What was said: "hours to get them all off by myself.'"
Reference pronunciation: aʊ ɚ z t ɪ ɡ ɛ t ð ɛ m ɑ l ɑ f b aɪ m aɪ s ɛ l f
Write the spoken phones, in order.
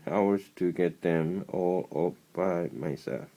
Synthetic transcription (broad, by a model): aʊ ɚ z t ɪ ɡ ɛ t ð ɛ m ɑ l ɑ p b aɪ m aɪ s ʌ